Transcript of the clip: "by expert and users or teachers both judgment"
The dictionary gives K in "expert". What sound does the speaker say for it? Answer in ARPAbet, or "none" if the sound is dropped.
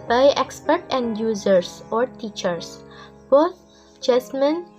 K